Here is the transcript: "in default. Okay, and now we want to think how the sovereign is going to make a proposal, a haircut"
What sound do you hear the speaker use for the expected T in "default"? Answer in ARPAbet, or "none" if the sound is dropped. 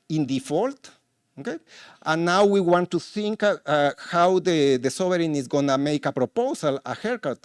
T